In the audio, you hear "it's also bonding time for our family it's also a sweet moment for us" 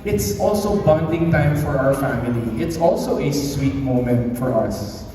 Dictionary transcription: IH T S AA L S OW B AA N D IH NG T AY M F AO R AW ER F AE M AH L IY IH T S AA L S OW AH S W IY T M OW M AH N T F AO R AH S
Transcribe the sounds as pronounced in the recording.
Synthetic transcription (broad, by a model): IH T S AA L S OW B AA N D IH NG T AY M F AO R AW ER F AE M AH L IY IH T S AA L S OW AH S W IY T M OW M AH N T F AO R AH S